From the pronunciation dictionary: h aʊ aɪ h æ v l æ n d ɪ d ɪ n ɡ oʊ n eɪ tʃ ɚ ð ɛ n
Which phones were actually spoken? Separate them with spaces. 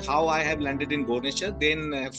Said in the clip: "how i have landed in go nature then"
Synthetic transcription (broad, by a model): h aʊ aɪ h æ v l æ n d ɪ d ɪ n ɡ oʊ n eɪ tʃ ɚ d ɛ n